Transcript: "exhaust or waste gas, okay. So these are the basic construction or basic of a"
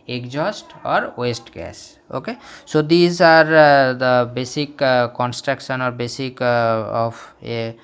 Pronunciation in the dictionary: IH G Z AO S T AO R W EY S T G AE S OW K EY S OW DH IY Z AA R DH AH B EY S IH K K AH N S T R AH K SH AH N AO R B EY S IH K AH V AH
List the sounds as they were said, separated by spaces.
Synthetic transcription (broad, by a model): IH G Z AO S T AO R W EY S T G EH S OW K EY S OW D IY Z AA R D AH B EY S IH K K AH N S T R AH K SH AH N AO R B EY S IH K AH F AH